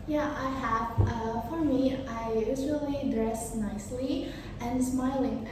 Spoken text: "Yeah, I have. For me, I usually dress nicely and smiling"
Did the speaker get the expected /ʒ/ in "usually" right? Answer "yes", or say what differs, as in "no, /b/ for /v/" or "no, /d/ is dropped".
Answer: no, /z/ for /ʒ/